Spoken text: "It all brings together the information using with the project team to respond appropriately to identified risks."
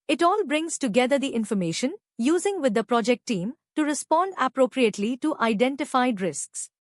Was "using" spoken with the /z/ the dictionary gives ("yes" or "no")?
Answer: yes